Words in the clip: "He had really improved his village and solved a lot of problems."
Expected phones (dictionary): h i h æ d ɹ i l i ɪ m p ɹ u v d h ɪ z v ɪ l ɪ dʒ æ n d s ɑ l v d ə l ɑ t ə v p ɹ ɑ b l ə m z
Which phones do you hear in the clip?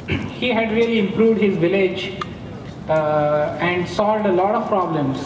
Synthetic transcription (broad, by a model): h i h æ d ɹ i l i ɪ m p ɹ u v d h ɪ z v ɪ l ɪ dʒ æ n d s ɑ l d ə l ɑ t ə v p ɹ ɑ b l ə m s